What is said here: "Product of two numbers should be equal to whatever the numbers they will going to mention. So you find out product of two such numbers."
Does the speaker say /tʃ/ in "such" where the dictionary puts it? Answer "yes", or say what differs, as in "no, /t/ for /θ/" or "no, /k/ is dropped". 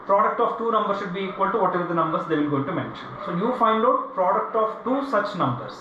yes